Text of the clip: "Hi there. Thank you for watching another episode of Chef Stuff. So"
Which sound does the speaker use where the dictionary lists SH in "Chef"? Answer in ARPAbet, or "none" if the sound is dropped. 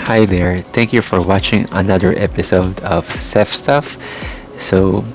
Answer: S